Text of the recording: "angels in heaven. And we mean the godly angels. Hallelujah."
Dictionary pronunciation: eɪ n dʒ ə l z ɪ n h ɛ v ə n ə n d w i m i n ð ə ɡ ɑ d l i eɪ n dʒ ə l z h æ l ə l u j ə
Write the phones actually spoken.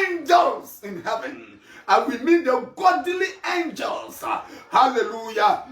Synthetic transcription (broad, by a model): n dʒ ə l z ɪ n h ɛ v ə n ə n w i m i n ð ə ɡ ɑ d l i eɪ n dʒ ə l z h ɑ l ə l u j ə